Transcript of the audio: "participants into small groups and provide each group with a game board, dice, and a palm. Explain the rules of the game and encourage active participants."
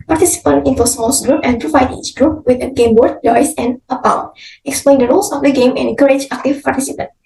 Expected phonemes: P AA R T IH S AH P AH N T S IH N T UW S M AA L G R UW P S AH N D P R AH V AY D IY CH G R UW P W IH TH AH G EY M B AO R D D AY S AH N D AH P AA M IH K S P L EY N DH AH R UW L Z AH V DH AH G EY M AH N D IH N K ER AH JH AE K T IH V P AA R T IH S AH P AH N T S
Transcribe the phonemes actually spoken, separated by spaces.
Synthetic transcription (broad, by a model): P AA R T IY S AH P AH N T IH N T UW S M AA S G R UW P AH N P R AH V AY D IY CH G R UW P W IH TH AH G EY M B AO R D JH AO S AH N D AH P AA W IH K S P L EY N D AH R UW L S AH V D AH G EY M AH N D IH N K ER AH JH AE K T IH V P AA R T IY S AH P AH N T